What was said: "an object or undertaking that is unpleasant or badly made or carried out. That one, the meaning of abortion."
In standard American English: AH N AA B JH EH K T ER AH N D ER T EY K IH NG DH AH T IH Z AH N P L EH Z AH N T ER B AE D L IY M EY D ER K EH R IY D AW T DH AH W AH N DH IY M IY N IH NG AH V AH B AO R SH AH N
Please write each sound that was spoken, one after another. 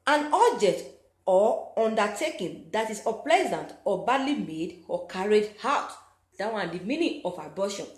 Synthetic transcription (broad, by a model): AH N AA B JH EH K T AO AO N D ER T EY K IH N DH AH T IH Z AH P L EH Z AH N T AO B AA D L IY M EY D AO K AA R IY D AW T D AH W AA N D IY M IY N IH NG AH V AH B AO SH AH N